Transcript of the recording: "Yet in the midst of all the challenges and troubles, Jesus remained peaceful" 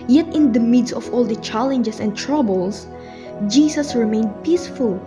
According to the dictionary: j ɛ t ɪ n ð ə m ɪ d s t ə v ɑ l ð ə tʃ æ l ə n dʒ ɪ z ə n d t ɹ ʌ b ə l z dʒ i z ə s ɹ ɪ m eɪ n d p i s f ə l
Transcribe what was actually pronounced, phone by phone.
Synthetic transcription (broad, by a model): j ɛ t ɪ n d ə m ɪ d s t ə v ɑ l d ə tʃ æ l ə n dʒ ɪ s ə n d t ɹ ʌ b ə l s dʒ i s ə s ɹ ɪ m eɪ n d p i s f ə l